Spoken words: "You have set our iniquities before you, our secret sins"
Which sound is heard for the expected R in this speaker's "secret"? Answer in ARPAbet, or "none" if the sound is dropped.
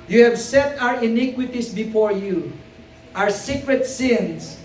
R